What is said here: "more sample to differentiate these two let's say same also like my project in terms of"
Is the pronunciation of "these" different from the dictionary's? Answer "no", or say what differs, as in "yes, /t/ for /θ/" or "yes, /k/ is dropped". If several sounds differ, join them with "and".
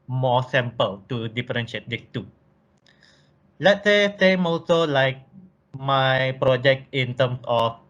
yes, /s/ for /z/